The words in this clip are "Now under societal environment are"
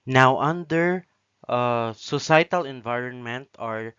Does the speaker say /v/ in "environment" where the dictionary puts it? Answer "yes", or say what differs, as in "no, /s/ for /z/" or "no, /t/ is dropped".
yes